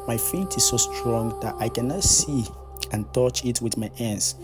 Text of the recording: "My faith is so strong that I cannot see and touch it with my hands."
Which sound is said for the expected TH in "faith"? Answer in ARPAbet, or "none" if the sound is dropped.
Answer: T